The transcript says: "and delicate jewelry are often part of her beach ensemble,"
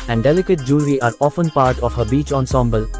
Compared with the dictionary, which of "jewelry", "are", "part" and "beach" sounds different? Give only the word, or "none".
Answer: jewelry